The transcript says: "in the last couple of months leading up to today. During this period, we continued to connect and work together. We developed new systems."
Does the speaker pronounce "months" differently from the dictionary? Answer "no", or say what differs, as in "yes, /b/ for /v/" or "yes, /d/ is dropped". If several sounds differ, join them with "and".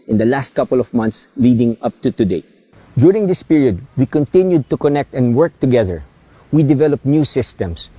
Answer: yes, /t/ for /θ/